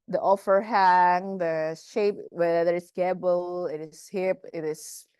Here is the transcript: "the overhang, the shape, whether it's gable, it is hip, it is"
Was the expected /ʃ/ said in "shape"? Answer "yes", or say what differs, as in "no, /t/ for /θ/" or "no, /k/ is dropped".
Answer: yes